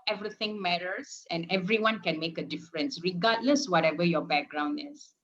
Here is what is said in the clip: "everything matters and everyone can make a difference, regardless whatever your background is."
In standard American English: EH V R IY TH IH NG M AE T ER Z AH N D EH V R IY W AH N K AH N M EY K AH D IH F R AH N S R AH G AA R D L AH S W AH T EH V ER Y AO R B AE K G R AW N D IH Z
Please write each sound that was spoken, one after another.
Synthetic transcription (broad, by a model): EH V R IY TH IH NG M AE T ER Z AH N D EH V R IY W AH N K AH N M EY K AH D IH F R AH N S R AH G AA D L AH S W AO T EH V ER Y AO B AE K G R AW N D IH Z